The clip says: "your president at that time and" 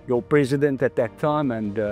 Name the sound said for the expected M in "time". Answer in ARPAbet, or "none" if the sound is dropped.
M